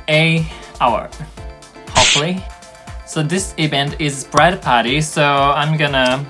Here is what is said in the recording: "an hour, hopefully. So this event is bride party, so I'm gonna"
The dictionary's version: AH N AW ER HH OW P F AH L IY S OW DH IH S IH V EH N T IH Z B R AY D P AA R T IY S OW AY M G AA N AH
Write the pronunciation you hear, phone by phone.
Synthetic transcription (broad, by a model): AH AW ER HH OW F L IY S OW DH IH S IH V EH N T IH Z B R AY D P AA R T IY S OW AY M G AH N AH